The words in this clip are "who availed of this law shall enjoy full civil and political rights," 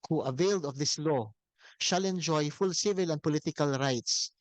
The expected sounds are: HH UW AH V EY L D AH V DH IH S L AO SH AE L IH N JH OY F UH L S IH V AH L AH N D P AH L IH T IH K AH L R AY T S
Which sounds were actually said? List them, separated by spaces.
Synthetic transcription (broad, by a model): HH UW AH V EY L D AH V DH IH S L AO SH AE L IH N JH OY F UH L S IH V AH L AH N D P AH L IH T IH K AH L R AY T S